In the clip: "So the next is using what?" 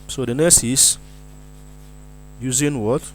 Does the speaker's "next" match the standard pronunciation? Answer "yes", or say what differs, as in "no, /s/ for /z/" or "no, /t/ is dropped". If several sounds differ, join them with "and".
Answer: no, /k/ is dropped